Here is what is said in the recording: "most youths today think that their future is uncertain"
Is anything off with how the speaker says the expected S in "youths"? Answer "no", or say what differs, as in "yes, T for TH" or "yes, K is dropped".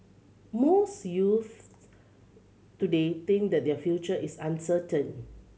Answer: yes, S is dropped